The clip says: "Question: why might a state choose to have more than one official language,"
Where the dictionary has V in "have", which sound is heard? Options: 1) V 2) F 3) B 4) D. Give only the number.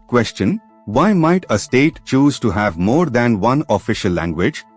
1